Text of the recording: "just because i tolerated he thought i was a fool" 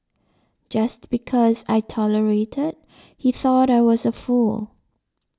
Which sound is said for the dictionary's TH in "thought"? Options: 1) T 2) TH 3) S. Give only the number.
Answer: 2